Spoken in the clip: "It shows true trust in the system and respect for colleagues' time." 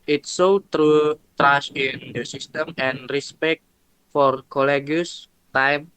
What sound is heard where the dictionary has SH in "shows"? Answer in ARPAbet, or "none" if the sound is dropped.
S